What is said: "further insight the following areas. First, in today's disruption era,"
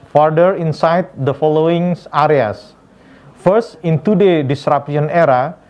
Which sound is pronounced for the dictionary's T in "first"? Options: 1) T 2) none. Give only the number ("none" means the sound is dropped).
1